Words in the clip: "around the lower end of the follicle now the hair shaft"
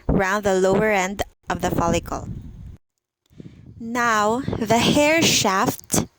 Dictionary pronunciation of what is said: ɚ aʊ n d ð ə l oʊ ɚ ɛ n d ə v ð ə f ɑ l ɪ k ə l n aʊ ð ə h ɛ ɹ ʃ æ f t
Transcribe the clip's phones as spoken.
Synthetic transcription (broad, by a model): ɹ aʊ n d ð ə l oʊ ɚ ɛ n d ə v ð ə f ɑ l ɪ k ə l n aʊ ð ə h ɛ ɹ ʃ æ f t